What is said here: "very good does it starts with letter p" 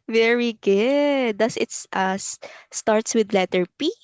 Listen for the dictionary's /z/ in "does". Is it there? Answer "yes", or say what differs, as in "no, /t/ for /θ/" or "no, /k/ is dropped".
no, /s/ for /z/